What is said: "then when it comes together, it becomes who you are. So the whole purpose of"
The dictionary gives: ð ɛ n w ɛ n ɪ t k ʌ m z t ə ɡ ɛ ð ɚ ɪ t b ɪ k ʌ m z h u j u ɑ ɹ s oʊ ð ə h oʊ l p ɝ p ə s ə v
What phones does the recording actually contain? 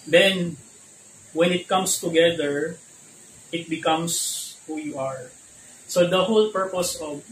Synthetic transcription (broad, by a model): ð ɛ n w ɛ n ɪ t k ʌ m s t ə ɡ ɛ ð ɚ ɪ t b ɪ k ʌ m s h u j u ɑ ɹ s oʊ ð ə h oʊ l p ɝ p ə s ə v